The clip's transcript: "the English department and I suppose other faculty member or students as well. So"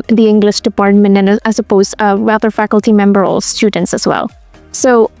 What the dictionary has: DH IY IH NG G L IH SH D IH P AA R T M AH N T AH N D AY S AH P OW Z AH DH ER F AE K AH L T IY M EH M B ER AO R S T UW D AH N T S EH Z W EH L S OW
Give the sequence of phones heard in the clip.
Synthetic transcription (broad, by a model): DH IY IH NG G L IH SH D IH P AA R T M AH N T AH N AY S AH P OW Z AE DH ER F AE K AH L T IY M EH M B ER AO L S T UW D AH N T S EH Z W EH L S OW